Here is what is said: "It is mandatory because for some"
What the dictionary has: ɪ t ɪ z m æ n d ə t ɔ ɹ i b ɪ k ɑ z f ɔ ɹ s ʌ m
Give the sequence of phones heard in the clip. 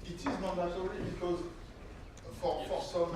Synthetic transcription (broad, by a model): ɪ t ɪ z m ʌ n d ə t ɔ ɹ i b ɪ k ɑ z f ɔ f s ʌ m